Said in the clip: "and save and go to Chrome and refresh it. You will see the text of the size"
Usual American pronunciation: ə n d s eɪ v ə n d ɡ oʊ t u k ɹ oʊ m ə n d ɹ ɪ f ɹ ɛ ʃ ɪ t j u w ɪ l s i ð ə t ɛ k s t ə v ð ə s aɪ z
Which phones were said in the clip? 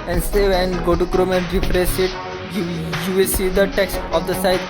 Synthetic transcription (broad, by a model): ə n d s eɪ v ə n ɡ oʊ t u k ɹ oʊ m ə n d ɹ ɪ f ɹ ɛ s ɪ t j u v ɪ l s i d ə t ɛ k s t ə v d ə s aɪ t